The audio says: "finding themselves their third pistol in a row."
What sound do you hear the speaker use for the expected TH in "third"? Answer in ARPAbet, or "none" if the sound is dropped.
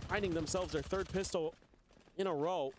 TH